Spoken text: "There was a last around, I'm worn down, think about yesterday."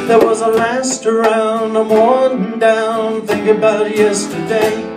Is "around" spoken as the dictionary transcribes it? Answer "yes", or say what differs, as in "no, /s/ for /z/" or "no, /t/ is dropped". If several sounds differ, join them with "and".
yes